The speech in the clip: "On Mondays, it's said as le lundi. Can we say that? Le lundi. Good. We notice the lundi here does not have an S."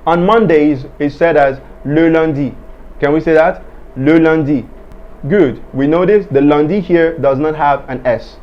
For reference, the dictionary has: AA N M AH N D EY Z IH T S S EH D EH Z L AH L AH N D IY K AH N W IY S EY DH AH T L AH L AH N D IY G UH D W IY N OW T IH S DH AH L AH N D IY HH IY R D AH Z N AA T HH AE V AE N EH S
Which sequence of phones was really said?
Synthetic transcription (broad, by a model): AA N M AH N D EY Z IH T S S EH D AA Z L AH L AH N D IY K AH N W IY S EY DH AH T L AH L AH N D IY G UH D W IY N OW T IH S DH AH L AH N D IY HH IY R D AH Z N AA T HH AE V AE N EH S